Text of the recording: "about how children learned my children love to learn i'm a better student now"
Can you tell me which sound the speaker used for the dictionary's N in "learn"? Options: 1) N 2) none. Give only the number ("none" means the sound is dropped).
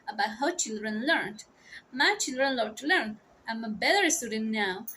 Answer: 1